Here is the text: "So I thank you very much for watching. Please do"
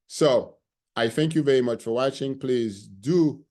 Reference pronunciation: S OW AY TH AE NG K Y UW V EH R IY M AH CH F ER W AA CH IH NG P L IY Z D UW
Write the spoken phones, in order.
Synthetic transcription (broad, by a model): S OW AY TH AE NG K Y UW V EH R IY M AH CH F ER W AA CH IH NG P L IY Z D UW